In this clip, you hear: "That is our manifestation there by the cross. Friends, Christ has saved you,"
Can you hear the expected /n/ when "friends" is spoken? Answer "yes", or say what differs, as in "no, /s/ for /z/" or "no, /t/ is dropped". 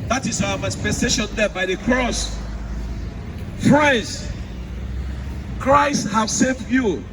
no, /n/ is dropped